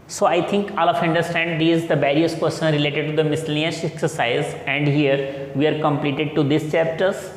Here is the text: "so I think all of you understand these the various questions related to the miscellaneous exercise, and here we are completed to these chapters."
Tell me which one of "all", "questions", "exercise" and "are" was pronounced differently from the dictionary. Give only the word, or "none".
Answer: questions